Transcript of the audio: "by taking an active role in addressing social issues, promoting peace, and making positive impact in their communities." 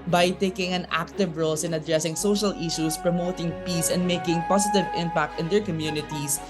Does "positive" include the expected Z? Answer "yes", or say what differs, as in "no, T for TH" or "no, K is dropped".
no, S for Z